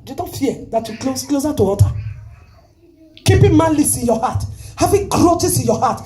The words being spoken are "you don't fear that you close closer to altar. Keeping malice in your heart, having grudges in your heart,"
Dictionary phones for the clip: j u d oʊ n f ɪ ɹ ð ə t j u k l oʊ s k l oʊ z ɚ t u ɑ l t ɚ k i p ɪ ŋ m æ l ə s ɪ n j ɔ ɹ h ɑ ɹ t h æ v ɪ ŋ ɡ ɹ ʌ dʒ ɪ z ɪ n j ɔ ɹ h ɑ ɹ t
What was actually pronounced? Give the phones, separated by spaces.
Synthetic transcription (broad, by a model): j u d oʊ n f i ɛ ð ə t j u k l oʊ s k l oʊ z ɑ t u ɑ t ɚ k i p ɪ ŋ m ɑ l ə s ɪ n j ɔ h ɑ t h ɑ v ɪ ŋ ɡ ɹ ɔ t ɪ s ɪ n j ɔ h ɑ t